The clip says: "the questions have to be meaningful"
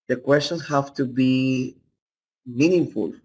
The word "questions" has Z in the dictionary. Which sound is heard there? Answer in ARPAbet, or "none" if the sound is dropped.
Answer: none